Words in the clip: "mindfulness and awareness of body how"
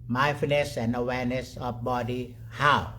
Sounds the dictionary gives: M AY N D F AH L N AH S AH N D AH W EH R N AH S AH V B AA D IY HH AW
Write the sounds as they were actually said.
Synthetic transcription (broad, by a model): M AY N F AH N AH S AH N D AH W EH N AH S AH F B AA D IY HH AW